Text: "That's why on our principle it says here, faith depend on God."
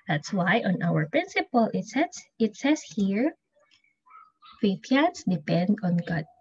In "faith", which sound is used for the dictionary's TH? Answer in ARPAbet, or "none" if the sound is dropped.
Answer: S